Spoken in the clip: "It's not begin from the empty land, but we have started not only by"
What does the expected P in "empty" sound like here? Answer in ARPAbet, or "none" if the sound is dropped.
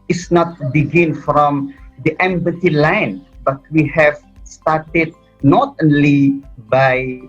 B